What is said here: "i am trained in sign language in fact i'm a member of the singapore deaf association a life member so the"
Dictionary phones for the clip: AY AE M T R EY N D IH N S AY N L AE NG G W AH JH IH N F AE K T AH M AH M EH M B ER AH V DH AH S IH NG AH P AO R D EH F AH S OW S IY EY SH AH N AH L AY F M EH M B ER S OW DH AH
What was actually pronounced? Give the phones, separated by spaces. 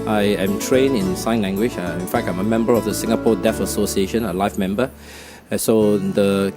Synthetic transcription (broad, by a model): AY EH M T R EY N IH N S AY N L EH NG G W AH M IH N F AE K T AH M AH M EH M B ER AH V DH AH S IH NG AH P AO D EH F AH S OW S IY EY SH AH N AH L AY F M EH M B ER S OW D AH